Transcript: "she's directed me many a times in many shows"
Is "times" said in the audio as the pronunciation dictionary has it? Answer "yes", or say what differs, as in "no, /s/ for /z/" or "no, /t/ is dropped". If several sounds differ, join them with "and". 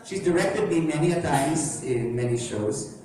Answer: no, /m/ is dropped